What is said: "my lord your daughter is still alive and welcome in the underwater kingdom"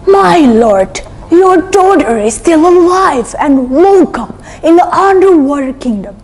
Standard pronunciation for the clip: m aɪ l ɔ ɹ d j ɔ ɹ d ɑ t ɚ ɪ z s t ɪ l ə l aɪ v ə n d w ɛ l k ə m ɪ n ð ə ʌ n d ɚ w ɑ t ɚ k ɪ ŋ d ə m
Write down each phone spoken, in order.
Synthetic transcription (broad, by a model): m aɪ l ɔ ɹ d j ɔ ɹ d ɑ t ɚ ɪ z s t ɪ l ə l aɪ v ə n d w ɛ l k ə m ɪ n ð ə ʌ n d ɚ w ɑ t k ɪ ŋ d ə m